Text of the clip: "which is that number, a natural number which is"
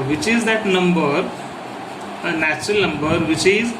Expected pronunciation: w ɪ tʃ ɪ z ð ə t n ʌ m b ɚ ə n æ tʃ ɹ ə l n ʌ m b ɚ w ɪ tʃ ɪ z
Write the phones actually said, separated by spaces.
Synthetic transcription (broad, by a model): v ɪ tʃ ɪ z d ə t n ʌ m b ɚ ə n æ tʃ ɹ ə l n ʌ m b ɚ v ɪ tʃ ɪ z